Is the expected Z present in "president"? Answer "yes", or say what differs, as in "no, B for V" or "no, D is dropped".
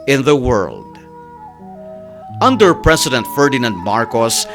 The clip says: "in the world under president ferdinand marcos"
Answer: no, S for Z